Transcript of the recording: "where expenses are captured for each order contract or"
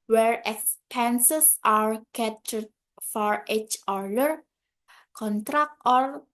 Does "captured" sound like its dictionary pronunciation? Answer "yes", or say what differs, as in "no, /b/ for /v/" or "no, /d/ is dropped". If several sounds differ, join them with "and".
no, /p/ is dropped